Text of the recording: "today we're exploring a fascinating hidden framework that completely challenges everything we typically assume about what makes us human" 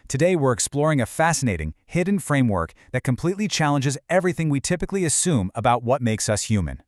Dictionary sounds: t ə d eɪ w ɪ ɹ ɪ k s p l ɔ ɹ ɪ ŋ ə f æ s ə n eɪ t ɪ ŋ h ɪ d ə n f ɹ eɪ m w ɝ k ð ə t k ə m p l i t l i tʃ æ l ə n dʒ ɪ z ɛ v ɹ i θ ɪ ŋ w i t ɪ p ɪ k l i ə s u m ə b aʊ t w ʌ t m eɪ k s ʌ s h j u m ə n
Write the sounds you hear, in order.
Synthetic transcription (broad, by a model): t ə d eɪ w ɪ ɹ ɪ k s p l ɔ ɹ ɪ ŋ ə f æ s ə n eɪ t ɪ ŋ h ɪ d n f ɹ eɪ m w ɝ k ð ə t k ə m p l i t l i tʃ æ l ə n dʒ ɪ z ɛ v ɹ i θ ɪ ŋ w i t ɪ p ɪ k l i ə s u m ə b aʊ t w ʌ t m eɪ k s ʌ s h j u m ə n